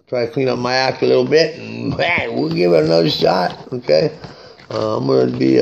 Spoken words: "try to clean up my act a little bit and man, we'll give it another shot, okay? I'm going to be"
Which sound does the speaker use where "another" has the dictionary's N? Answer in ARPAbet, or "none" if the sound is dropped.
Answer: none